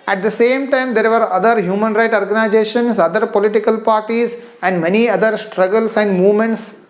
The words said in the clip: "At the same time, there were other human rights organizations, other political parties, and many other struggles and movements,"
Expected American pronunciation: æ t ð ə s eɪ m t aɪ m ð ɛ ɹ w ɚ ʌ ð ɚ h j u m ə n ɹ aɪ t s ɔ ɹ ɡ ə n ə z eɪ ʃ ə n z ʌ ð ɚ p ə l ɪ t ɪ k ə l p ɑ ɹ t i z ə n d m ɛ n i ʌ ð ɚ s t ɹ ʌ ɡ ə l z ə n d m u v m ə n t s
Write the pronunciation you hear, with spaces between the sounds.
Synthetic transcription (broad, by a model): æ t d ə s eɪ m t aɪ m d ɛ ɹ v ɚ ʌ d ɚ h j u m ə n ɹ aɪ t ɔ ɹ ɡ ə n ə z eɪ ʃ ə n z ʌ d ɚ p ə l ɪ t ɪ k ə l p ɑ ɹ t i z ə n d m ɛ n i ʌ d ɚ s t ɹ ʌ ɡ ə l s ə n d m u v m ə n t s